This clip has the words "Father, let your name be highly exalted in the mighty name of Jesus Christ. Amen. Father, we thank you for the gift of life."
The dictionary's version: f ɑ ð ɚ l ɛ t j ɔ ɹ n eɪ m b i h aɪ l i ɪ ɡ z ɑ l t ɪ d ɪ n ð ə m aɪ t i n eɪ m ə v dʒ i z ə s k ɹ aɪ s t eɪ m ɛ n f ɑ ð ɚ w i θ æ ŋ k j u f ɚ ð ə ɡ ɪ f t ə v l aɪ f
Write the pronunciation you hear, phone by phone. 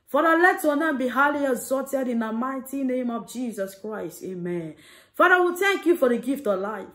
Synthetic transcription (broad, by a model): f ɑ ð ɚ l ɛ t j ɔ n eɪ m b i h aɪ l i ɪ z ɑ t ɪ d ɪ n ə m aɪ t i n eɪ m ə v dʒ i z ə s k ɹ aɪ s t eɪ m ɛ n f ɑ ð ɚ w i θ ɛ ŋ k j u f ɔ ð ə ɡ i f t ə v l aɪ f